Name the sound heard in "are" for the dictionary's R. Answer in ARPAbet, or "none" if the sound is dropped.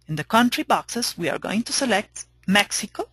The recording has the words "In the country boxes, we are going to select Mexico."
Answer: R